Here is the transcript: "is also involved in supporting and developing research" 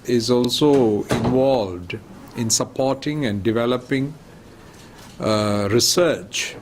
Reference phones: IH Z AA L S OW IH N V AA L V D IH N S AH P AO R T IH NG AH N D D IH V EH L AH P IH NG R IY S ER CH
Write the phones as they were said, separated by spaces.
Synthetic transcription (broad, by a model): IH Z AA L S OW IH N V AA L V D IH N S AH P AO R T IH NG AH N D D IH V EH L AH P IH NG R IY S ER CH